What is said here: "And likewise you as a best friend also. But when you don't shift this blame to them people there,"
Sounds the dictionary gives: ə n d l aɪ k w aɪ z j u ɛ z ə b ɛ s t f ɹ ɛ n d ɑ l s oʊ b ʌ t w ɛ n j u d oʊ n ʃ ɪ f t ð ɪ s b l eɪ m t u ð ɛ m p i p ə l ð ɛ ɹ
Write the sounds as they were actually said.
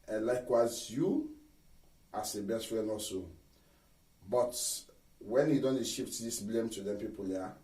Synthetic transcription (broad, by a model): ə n l aɪ k w aɪ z j u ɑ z ə b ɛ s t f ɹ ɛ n ɑ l s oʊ b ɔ t w ɛ n j u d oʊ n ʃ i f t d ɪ s b l eɪ m t u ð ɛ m p i p ə l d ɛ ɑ